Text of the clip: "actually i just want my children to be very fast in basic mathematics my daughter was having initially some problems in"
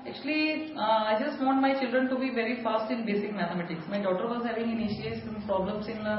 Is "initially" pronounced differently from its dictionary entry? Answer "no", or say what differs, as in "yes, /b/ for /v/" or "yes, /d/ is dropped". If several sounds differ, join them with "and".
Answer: yes, /l/ is dropped